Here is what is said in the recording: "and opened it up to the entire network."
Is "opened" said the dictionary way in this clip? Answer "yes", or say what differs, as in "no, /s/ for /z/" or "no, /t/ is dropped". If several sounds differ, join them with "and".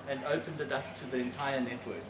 yes